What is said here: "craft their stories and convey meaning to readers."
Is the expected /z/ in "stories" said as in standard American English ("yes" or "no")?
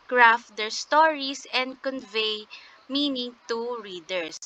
no